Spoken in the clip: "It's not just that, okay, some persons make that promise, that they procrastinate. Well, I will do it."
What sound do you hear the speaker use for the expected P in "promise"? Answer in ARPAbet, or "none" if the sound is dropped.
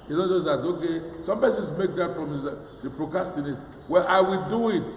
F